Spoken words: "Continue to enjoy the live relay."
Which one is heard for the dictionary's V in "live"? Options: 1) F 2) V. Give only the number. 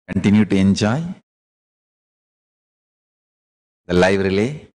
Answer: 2